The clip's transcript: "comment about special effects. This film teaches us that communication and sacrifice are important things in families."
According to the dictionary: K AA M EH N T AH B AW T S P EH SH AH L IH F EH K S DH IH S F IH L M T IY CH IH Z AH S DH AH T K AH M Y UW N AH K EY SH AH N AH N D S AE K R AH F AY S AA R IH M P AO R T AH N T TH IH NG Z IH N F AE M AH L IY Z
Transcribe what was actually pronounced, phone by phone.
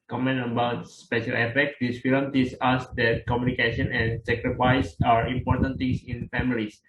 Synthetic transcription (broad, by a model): K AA M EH N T AH B AW T S P EH SH AH L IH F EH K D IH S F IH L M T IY S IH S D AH T K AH M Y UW N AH K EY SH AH N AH N S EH K R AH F AY S AA R IH M P AO R T AH N T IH NG S IH N F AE M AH L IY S